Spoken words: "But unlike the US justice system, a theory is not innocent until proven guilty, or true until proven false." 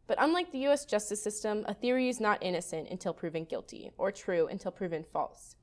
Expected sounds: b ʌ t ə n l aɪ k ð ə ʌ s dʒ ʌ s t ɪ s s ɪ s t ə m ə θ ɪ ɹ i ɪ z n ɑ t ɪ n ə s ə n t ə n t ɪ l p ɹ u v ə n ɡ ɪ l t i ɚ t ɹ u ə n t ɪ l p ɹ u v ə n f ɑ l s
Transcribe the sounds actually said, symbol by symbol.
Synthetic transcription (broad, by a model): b ʌ t ə n l aɪ k ð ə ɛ s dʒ ʌ s t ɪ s s ɪ s t ə m ə θ ɪ ɹ i ɪ z n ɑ t ɪ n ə s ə n t ə n t ɪ l p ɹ u v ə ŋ ɡ ɪ l t i ɚ t ɹ u ə n t ɪ l p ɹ u v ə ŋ f ɑ l s